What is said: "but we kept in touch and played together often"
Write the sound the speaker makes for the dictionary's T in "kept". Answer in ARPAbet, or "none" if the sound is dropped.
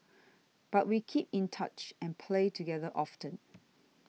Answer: none